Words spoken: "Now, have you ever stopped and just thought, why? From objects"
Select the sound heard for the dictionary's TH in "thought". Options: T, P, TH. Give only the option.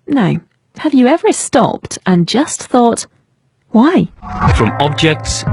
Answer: TH